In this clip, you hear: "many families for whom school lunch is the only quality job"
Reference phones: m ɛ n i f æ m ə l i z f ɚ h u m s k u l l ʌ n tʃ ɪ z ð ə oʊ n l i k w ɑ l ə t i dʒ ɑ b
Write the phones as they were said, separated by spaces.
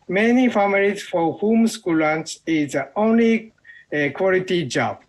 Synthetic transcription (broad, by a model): m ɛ n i f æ m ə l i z f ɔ h u m s k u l l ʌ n s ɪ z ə oʊ n l i k w ɑ l ə t i dʒ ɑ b